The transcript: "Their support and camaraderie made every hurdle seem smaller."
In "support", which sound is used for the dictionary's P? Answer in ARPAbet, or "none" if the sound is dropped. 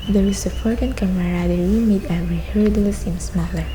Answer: F